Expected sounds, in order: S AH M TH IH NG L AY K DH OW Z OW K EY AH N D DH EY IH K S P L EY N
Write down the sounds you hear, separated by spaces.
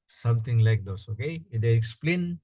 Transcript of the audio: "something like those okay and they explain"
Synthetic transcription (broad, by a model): S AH M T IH NG L AY K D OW S OW K EY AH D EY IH K S P L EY N